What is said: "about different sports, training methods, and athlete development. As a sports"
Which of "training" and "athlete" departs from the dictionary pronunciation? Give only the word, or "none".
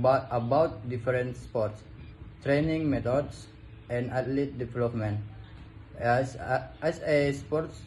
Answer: athlete